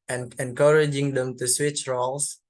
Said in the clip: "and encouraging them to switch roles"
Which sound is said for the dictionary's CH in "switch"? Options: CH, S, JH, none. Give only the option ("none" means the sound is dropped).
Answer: CH